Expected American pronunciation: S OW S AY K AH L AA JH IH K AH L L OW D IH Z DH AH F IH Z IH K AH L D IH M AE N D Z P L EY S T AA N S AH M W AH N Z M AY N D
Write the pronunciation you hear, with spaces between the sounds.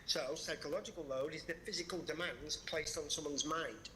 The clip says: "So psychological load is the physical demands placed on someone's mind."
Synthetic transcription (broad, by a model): S OW S AY K AH L AA JH IH K AH L L OW D IH Z DH AH F IH Z IH K AH L D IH M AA N D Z P L EY S T N S AH M W AH N Z M AY N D